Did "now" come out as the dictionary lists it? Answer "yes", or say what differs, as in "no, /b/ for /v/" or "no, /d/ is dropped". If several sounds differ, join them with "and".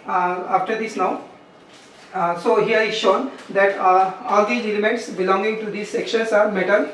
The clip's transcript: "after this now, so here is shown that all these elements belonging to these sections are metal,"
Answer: yes